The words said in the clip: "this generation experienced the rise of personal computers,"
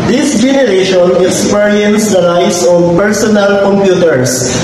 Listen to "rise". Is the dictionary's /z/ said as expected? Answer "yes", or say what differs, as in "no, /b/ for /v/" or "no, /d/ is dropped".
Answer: no, /s/ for /z/